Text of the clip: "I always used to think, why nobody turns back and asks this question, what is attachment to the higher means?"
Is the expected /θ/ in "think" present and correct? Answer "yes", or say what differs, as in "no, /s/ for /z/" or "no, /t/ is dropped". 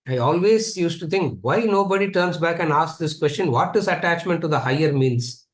no, /t/ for /θ/